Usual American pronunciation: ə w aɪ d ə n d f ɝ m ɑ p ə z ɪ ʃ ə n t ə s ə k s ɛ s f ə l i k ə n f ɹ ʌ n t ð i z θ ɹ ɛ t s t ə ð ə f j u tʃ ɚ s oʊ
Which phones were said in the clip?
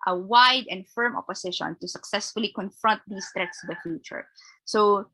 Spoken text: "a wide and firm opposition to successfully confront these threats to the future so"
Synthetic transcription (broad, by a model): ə w aɪ d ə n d f ɝ m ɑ p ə s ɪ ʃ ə n t ə s ə k s ɛ s f ə l i k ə n f ɹ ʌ n t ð i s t ɹ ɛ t s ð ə f j u tʃ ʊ s oʊ